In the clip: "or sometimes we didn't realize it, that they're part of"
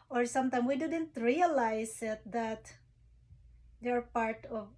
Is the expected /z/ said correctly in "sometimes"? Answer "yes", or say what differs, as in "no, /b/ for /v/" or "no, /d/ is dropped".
no, /z/ is dropped